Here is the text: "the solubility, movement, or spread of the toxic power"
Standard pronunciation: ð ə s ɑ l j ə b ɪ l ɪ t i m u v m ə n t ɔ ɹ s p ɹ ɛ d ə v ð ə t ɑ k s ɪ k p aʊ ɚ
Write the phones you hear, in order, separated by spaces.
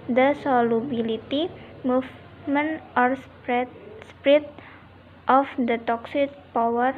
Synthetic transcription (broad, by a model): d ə s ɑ l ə b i l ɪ t i m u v m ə n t ɔ ɹ s p ɹ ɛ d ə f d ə t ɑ k s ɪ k p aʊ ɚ